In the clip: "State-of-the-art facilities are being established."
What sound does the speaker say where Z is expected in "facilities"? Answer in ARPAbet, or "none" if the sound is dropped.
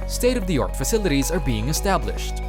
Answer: Z